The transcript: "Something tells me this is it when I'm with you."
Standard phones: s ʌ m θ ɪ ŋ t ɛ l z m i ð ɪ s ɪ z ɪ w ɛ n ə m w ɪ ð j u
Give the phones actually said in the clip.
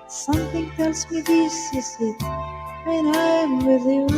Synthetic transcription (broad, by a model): s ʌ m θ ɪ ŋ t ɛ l s m i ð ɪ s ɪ s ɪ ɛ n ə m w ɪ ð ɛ